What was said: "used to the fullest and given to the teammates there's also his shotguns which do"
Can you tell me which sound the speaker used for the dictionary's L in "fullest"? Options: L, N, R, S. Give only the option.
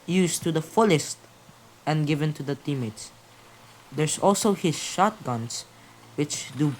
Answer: L